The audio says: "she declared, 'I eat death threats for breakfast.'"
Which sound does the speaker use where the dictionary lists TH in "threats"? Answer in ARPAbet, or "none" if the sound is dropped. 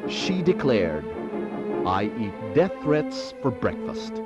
TH